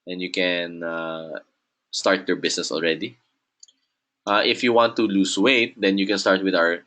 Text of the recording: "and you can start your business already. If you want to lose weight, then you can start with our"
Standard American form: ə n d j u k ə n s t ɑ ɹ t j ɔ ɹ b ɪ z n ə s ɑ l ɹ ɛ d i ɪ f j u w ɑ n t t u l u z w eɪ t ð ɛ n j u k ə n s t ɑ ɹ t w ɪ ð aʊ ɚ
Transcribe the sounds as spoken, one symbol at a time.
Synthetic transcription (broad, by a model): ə n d j u k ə n s t ɑ ɹ t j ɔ ɹ b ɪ s n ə s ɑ l ɹ ɛ d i ɪ f j u w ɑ n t t u l u s w eɪ t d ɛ n j u k ə n s t ɑ ɹ t w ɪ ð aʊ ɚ